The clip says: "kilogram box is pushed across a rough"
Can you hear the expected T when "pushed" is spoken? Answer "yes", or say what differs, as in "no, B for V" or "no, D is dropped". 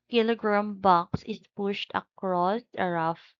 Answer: yes